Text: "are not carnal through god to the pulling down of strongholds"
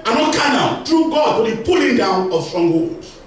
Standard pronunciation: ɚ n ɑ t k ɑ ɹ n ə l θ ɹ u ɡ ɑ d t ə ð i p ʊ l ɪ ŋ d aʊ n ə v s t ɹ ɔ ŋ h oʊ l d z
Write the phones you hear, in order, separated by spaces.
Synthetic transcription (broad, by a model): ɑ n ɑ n k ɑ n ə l t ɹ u ɡ ɑ d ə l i p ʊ l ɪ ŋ d aʊ n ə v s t ɹ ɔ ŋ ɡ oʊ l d